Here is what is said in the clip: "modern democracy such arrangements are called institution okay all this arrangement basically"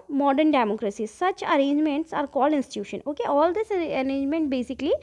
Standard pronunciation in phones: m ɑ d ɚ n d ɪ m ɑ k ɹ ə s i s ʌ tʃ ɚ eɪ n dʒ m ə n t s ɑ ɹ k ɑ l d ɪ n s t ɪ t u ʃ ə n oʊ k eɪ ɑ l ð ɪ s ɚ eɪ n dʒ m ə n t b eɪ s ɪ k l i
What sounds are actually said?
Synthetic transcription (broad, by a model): m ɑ d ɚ n d ɪ m ɑ k ɹ ə s i s ʌ tʃ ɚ eɪ n dʒ m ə n t s ɑ ɹ k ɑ l ɪ n s t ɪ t u ʃ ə n oʊ k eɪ ɑ l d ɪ s ɚ eɪ n dʒ m ə n t b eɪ s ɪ k l i